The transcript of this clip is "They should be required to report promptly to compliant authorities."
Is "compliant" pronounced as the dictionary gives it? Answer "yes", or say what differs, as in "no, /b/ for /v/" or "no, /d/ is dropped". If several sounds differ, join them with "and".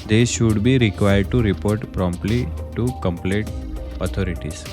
no, /n/ is dropped